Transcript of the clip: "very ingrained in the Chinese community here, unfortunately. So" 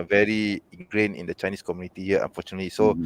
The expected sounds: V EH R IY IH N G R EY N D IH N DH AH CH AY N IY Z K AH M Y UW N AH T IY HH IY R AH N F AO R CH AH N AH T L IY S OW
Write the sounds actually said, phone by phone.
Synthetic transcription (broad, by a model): V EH R IY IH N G R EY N IH N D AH CH AY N IY S K AH M Y UW N AH T IY HH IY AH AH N F AO CH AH N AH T L IY S OW